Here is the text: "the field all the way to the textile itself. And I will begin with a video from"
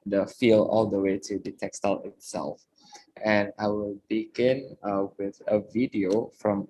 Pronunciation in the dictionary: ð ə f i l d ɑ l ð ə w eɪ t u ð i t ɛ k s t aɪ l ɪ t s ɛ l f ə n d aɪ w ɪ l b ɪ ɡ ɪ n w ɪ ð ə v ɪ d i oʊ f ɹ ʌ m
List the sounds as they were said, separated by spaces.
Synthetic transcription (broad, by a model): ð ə f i l ɑ l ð ə w eɪ t u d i t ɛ k s t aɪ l ɪ t s ɛ l f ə n aɪ w ɪ l b ɪ ɡ ɪ n w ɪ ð ə v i d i oʊ f ɹ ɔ m